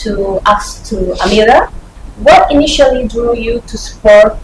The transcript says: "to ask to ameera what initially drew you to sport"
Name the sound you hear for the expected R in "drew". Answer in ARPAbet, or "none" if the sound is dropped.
none